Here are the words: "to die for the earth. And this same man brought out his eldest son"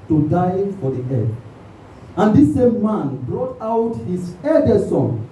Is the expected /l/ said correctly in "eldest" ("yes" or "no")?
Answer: no